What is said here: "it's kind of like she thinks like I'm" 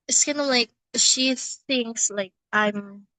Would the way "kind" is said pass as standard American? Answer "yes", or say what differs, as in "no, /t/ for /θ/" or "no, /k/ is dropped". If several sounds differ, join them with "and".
no, /d/ is dropped